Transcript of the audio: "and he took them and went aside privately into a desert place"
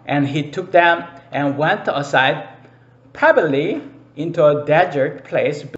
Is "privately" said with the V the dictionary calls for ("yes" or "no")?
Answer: no